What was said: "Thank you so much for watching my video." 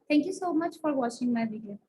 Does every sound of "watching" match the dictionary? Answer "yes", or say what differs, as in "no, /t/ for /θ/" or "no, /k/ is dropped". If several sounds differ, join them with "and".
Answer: no, /ʃ/ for /tʃ/